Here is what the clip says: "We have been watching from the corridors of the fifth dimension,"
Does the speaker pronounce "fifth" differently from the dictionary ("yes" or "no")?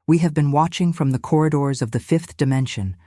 no